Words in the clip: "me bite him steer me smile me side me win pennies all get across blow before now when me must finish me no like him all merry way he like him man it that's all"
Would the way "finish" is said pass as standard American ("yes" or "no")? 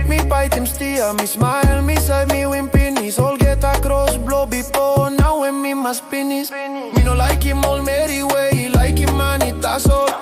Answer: no